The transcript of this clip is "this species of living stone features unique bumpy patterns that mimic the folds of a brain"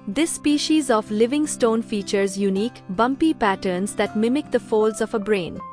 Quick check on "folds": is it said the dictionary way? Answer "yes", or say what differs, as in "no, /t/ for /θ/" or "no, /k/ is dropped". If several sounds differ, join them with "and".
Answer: yes